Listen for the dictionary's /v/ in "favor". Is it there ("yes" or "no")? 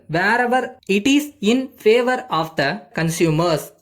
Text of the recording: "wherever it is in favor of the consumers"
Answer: yes